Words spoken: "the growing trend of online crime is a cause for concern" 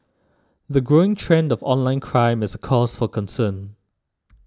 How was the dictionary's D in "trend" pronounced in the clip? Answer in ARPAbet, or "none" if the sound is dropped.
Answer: D